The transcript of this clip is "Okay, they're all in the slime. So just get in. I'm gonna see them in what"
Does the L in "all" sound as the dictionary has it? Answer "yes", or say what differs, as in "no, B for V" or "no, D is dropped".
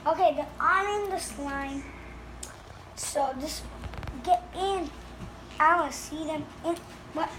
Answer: no, N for L